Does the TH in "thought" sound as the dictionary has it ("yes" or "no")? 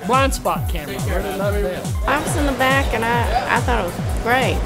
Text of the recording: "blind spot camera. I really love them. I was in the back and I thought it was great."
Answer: yes